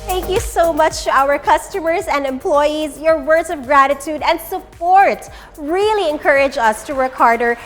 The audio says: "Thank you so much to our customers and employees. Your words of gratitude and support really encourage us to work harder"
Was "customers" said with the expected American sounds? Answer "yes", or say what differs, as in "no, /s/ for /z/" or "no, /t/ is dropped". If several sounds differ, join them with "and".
yes